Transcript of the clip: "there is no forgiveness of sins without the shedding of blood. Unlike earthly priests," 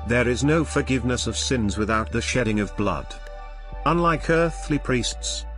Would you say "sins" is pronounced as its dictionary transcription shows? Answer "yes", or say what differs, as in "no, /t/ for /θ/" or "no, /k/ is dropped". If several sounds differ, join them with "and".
yes